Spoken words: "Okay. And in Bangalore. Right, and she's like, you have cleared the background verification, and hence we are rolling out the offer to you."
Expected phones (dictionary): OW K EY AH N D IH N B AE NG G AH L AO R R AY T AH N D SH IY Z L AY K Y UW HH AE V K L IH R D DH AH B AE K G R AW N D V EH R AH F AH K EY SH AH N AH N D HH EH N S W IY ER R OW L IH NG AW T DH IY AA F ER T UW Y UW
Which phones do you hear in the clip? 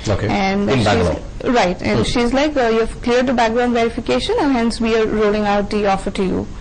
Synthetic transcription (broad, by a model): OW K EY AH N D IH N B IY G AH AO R R AY T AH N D SH IY Z L AY K Y UW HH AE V K L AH R D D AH B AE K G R AW N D V EH R AH F AH K EY SH AH N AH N HH EH N S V IY ER R OW L IH NG AW T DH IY AA F ER T UW Y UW